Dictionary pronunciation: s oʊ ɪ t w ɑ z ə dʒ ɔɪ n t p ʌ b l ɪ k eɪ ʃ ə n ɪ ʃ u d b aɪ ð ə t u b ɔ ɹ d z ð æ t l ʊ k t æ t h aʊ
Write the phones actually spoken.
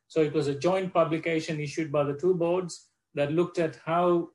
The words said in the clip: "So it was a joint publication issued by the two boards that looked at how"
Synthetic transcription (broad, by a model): s oʊ ɪ t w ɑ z ə dʒ ɔɪ n t p ʌ b l ɪ k eɪ ʃ ə n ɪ ʃ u d b aɪ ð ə t u b ɔ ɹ d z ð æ t l ʊ k t æ t h aʊ